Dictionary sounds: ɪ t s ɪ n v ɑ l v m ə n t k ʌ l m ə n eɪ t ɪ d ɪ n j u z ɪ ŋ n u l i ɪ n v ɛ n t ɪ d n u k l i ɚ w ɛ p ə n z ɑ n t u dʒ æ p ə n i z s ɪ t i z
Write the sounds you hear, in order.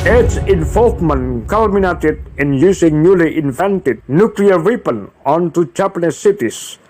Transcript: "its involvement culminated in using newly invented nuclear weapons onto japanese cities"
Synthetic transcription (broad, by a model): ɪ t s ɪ n f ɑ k m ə n k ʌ l m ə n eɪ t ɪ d ɪ n j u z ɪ ŋ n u l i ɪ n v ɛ n t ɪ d n u k l i ɚ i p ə n ɑ n t u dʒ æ p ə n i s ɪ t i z